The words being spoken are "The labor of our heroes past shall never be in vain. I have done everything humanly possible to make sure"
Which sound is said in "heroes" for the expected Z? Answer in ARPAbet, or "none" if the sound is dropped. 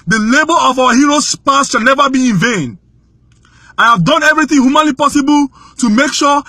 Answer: S